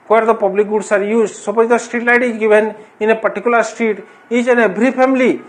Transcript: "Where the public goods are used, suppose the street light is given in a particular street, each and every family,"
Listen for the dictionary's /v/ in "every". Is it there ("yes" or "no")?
no